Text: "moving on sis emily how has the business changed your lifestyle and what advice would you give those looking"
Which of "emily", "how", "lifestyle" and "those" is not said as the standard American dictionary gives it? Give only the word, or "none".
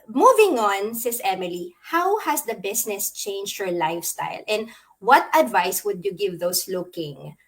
those